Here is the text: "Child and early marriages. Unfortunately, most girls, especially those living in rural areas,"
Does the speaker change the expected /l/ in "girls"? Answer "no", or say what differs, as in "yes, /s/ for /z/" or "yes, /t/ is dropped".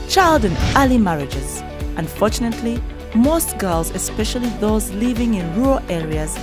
no